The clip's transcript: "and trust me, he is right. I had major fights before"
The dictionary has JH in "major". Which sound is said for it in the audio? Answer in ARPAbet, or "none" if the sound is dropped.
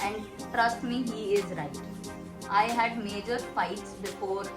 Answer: JH